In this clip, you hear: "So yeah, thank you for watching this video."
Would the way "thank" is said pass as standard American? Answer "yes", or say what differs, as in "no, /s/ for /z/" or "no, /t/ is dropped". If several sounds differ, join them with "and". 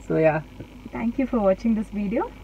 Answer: no, /t/ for /θ/